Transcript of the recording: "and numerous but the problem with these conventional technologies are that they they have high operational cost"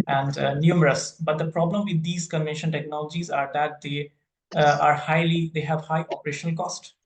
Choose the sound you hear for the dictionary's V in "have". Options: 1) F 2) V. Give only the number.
2